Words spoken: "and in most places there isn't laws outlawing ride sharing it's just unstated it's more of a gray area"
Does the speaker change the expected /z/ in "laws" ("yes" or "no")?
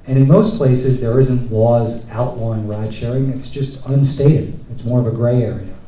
no